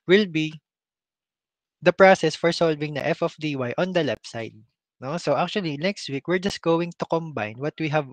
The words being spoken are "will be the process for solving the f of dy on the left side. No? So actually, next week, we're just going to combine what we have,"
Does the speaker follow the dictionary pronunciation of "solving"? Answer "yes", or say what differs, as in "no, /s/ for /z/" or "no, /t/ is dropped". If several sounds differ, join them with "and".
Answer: yes